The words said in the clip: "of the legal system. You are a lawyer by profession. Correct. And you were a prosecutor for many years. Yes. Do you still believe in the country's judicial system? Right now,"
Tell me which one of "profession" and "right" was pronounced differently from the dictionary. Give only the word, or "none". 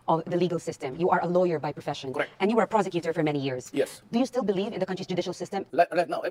right